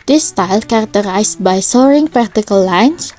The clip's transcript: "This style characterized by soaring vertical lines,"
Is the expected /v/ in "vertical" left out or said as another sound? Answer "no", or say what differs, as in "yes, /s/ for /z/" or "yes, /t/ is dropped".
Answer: yes, /p/ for /v/